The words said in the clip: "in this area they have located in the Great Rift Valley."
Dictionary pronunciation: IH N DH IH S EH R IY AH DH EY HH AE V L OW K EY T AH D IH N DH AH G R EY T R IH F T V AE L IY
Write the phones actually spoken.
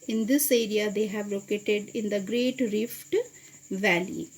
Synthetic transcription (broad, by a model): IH N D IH S EH R IY AH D EY HH AE V L OW K EY T AH D IH N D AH G R EY T R IH F T V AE L IY